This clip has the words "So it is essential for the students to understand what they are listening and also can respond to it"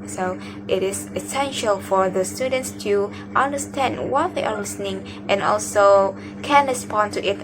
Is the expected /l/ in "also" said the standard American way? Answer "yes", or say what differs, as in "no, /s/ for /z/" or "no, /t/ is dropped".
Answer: yes